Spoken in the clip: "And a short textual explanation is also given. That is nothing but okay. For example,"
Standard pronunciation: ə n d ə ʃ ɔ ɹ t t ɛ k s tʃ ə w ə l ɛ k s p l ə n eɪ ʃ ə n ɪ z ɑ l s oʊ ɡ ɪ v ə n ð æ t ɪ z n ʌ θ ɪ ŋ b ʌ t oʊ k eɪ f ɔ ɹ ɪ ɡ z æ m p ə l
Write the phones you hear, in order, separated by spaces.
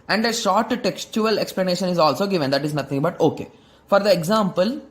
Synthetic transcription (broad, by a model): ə n d ə ʃ ɔ ɹ t t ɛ k s tʃ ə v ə l ɛ k s p l ə n eɪ ʃ ə n ɪ z ɑ l s oʊ ɡ ɪ v ə n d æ t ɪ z n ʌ t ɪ ŋ b ʌ t oʊ k eɪ f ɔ ɹ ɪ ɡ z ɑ m p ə l